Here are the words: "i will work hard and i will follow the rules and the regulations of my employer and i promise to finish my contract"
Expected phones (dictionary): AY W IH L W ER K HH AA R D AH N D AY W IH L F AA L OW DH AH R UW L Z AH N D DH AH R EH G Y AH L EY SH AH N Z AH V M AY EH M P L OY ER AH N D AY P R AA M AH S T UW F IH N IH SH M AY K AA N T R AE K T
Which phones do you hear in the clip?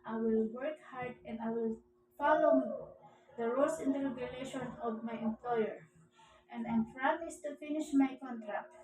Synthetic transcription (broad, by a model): AY W IH L W ER K HH AA R D AH N D AY W IH L F AA L OW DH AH R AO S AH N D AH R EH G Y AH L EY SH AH N AH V M AY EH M P L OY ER AH N D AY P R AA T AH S T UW F IH N IH SH M AY K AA N T R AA K T